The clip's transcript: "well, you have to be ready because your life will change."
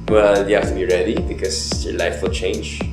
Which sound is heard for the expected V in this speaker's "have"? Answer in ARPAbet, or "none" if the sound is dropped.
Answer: F